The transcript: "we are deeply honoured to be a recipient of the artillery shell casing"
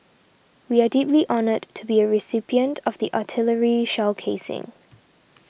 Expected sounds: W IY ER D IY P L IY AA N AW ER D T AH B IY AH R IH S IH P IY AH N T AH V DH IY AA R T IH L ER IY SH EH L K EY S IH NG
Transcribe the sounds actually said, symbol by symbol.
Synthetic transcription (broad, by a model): W IY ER D IY P L IY AA N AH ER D T AH B IY AH R IH S IH P IY AH N T AH V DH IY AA T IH L ER IY SH EH L K EY S IH NG